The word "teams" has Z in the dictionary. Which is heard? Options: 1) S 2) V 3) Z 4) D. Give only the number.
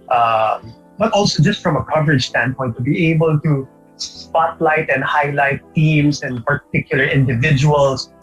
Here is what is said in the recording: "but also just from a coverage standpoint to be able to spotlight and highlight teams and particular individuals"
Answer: 1